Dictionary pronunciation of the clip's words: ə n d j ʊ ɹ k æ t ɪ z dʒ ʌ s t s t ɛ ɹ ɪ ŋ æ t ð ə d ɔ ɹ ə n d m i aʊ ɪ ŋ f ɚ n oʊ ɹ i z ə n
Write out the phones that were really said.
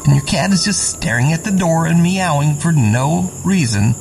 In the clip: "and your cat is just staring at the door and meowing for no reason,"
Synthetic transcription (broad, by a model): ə n j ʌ ɹ k æ t ɪ z dʒ ʌ s t s t ɛ ɹ ɪ ŋ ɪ t ð ə d ɔ ɹ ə n m i aʊ ɪ ŋ f ɚ n oʊ ɹ i z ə n